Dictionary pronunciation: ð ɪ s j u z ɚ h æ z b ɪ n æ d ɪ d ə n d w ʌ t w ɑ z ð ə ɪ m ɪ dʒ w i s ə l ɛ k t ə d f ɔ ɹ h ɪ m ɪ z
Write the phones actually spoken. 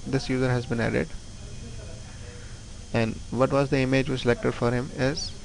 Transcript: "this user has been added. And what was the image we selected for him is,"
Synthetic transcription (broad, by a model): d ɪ s j u z ɚ h æ z b ɪ n æ d ɪ d ə n d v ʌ t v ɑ z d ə ɪ m ɪ dʒ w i s ə l ɛ k t ə d f ɔ ɹ h ɪ m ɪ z